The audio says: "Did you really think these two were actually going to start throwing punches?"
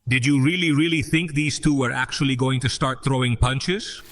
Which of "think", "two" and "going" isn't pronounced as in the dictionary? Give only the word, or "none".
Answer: none